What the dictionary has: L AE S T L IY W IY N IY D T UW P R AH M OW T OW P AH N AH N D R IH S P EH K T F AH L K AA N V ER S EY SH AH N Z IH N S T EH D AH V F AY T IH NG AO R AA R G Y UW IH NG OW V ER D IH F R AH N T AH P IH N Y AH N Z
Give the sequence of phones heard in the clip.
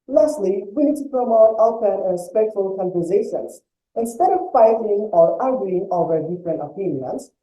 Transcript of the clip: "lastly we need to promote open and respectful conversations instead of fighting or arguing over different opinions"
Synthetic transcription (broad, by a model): L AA S T L IY W IY N IY D T UW P R AH M OW T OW AH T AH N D R IH S P EH K T F AH L K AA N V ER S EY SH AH N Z IH N S T EH D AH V F AY T IH NG AO R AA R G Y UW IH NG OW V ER D IH F R AH N T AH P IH N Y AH N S